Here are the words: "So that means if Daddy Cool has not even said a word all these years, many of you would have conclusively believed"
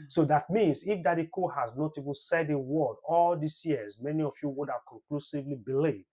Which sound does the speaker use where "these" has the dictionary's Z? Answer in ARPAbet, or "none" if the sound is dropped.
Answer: S